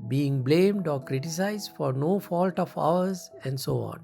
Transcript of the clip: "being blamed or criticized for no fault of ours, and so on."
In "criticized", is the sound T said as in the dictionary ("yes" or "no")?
yes